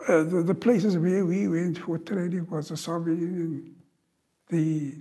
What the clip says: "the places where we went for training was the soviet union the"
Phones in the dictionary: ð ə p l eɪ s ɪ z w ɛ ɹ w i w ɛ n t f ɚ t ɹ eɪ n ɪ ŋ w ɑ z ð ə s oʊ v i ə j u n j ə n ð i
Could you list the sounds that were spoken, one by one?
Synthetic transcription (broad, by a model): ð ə p l eɪ s ɪ z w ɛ w i w ɛ n t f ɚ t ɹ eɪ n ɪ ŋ w ɑ z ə s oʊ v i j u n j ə n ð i